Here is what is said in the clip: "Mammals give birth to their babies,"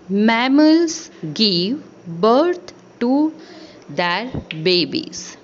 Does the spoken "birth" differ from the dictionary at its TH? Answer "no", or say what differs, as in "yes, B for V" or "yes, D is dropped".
yes, T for TH